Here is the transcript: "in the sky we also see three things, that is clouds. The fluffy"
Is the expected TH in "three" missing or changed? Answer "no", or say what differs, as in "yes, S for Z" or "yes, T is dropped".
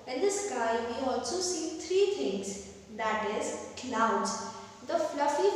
yes, T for TH